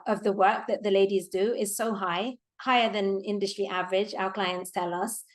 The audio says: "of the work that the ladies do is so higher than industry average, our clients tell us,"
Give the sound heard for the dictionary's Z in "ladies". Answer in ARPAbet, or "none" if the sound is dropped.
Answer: Z